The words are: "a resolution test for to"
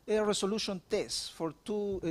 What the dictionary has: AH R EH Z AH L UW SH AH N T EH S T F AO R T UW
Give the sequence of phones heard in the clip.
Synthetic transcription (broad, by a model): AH R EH S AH L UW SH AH N T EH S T F AO R T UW